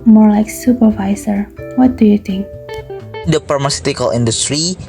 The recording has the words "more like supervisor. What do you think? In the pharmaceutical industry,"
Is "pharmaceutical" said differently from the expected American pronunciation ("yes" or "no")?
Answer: yes